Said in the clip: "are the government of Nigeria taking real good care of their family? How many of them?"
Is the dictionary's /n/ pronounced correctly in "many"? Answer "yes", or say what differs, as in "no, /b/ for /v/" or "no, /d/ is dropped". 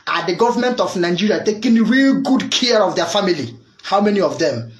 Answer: yes